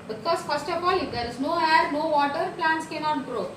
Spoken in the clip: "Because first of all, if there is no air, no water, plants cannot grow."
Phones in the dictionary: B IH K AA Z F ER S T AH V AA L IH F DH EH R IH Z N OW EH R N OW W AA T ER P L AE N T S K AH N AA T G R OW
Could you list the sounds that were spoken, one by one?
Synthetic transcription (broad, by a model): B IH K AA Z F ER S T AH P AA L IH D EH R IH Z N OW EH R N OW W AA T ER P L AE N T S K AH N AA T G R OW